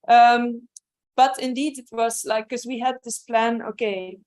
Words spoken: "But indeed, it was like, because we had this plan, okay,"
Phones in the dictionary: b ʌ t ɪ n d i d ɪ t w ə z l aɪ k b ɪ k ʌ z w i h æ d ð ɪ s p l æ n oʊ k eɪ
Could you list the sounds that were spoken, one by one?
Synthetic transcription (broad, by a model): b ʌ t ɪ n d i d ɪ t w ə z l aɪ ɪ k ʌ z w i h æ d ð ɪ s p l æ n oʊ k eɪ